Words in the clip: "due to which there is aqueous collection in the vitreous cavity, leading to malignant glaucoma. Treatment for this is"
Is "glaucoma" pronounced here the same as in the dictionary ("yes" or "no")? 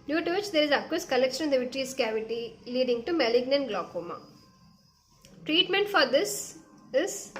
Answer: yes